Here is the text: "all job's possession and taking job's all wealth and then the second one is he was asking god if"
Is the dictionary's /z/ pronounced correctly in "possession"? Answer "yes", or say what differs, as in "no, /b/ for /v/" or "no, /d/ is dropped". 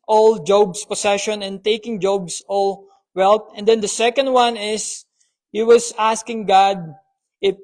no, /s/ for /z/